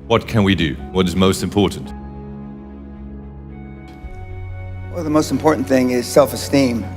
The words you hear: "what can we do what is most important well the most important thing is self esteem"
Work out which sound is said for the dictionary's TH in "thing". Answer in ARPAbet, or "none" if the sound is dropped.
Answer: TH